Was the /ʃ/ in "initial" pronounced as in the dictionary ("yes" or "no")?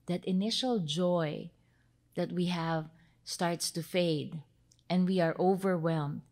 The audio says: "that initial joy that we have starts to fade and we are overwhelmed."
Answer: yes